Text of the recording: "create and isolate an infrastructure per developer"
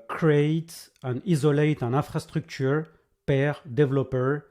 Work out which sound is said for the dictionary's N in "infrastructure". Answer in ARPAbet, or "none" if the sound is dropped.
none